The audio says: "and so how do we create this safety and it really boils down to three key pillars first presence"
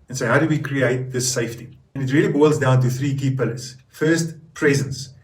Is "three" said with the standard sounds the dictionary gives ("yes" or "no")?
yes